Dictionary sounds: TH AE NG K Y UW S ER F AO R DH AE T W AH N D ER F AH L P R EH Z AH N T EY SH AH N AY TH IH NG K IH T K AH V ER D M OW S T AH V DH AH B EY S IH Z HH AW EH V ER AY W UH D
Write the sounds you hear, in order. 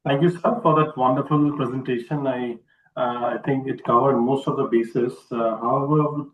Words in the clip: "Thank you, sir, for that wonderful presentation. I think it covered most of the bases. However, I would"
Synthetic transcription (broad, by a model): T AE NG K Y UW S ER F AO R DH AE T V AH N D ER F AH L P R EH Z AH N T EY SH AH N AY T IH NG K IH T K AH V ER D M OW S T AH V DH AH B EY S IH S HH AW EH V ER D